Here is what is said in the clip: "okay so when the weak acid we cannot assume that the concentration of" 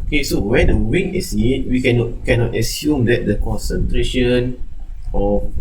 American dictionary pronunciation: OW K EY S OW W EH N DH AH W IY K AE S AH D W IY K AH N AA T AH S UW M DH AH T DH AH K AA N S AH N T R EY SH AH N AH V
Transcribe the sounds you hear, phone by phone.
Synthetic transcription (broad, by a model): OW K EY S OW W EH N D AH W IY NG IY S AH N W IY K AH N AA T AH S UW M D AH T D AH K AA N S AH N T R EY SH AH N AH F